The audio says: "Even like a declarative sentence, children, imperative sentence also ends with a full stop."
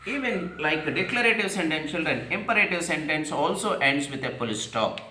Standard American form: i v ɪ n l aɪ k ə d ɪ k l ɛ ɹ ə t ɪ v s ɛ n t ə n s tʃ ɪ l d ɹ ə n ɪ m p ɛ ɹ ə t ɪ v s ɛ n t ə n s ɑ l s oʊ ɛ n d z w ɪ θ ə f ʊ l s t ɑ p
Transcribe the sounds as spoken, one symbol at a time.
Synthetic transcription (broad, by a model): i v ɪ n l aɪ k d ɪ k l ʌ ɹ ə t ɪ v s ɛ n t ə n tʃ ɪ l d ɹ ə n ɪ m p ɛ ɹ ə t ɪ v s ɛ n t ə n s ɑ l s oʊ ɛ n d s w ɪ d ə p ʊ l s t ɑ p